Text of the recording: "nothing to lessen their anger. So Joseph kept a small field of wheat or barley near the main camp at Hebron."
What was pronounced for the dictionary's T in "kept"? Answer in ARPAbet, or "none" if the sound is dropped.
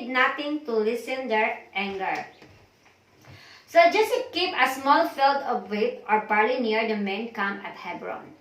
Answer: none